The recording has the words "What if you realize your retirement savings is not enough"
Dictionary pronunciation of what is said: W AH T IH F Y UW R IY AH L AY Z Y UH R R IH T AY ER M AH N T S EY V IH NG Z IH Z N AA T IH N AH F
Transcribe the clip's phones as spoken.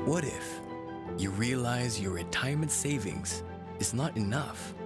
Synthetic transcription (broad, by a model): W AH T IH F Y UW R IY AH L AY Z Y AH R R IH T AY ER M AH N T S EY V IH NG Z IH Z N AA T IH N AH F